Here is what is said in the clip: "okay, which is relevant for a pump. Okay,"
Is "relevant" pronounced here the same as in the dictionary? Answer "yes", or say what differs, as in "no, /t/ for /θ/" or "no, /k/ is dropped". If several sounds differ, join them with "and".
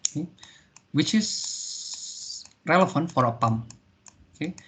no, /f/ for /v/